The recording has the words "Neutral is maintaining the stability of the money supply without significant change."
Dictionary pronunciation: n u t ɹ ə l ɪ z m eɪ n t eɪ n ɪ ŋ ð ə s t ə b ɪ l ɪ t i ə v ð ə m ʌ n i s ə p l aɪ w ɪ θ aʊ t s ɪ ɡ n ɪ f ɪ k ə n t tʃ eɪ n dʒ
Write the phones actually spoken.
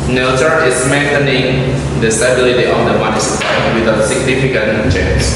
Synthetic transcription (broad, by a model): n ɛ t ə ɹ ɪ s m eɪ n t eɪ n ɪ ŋ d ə s t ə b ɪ l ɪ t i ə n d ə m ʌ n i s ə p aɪ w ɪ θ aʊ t s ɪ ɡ n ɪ f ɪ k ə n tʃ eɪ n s